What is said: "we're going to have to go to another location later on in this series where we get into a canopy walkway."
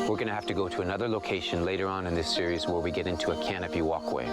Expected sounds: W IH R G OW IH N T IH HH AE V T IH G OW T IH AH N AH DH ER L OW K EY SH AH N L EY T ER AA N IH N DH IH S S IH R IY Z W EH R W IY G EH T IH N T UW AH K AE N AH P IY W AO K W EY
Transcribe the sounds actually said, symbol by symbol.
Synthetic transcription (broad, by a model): W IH R G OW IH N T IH HH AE F T IH G OW T IH AH N AH DH ER L OW K EY SH AH N L EY T ER AA N IH N DH IH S S IH R IY Z W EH R W IY G EH T IH N T UW AH K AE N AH P IY W AO K W EY